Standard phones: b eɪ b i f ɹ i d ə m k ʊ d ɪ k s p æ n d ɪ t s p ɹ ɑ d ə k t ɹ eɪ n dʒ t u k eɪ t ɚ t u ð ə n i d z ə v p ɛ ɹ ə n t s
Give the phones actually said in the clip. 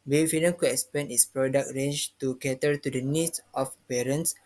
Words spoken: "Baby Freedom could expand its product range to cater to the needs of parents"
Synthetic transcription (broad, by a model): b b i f i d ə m k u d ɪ k s p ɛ n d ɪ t s p ɹ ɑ d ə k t ɹ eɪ n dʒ t u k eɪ t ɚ t u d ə n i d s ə f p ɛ ɹ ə n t s